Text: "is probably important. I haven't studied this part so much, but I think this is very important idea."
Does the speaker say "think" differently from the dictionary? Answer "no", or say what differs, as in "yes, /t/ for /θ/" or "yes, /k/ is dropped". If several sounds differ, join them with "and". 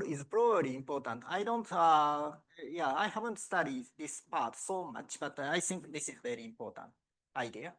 yes, /s/ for /θ/